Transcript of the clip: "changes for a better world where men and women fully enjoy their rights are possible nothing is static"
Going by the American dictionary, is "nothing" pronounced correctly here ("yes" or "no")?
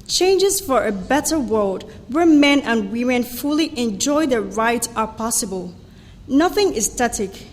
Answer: yes